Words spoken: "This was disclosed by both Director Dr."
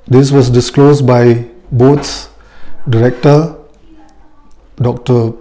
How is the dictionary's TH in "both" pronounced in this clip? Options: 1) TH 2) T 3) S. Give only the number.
3